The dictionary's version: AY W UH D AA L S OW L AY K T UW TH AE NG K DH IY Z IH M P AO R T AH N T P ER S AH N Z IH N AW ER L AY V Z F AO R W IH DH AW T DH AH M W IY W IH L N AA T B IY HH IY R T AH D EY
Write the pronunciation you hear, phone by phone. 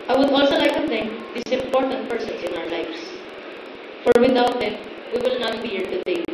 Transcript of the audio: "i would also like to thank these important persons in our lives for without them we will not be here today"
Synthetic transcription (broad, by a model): AY W UH D AA L S OW L AY K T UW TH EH NG K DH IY S IH M P AO R T AH N T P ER S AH N S IH N AW ER L AY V S F AO R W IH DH AW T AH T W IY W IH L N AA T B IY HH IY R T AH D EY